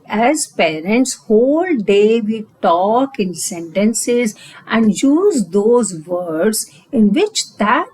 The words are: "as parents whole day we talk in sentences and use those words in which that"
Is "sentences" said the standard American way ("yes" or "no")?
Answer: yes